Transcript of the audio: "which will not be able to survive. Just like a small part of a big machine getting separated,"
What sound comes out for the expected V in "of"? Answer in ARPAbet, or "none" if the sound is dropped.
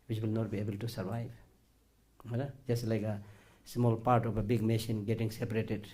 P